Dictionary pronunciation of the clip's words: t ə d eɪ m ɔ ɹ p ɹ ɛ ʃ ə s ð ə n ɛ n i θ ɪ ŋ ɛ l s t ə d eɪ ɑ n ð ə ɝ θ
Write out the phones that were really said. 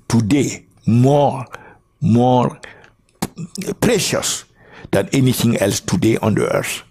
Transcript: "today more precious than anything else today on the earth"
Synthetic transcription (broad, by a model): t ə d eɪ m ɔ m p ɹ ɛ ʃ ə s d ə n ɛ n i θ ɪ ŋ ɛ l s t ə d eɪ ɑ n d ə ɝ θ